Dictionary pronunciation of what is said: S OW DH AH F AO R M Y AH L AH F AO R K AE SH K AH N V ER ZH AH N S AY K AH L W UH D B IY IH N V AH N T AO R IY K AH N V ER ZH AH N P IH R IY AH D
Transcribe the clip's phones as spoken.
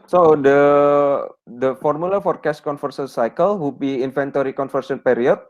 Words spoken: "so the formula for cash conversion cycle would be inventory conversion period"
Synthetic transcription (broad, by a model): S OW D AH F AO R M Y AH L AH F AO R K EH S K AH N F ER S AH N S AY K AH L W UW B IY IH N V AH N T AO R IY K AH N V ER S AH N P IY R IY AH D